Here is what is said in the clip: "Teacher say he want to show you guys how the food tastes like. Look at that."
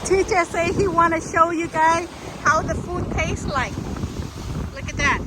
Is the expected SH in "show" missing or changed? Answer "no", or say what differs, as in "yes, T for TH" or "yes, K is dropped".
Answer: no